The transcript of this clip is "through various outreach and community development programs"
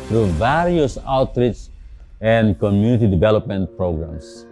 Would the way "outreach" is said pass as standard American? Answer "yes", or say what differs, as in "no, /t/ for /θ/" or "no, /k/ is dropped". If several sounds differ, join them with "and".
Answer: no, /s/ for /tʃ/